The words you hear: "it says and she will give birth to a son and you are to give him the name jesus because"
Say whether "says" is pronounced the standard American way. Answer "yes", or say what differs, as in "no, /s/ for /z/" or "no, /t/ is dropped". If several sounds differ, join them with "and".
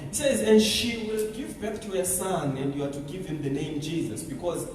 yes